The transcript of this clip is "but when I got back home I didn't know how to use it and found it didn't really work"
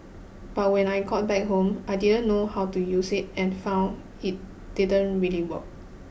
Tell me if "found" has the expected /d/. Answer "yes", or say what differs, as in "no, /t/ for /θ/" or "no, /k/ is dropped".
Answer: no, /d/ is dropped